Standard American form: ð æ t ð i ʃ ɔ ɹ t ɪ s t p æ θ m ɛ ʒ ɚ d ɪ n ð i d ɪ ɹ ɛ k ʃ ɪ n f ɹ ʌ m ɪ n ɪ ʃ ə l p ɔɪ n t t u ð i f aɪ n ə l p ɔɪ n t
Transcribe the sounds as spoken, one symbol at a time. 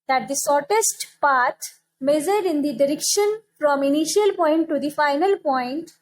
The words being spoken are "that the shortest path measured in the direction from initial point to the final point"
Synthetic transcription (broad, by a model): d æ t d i s ɔ ɹ t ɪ s t p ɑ t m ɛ z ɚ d ɪ n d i d ɪ ɹ ɛ k ʃ ɪ n f ɹ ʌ m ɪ n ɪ ʃ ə l p ɔɪ n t t u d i f aɪ n ə l p ɔɪ n t